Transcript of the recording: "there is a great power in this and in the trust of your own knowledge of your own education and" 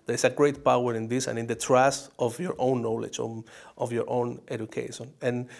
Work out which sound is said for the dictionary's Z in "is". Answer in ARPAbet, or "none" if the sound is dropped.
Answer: S